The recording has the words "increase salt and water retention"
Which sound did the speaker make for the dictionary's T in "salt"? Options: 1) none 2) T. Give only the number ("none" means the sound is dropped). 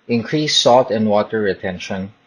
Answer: 2